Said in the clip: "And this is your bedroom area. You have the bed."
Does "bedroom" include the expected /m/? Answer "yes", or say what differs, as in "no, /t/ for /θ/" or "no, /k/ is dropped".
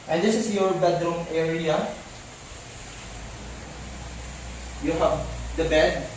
yes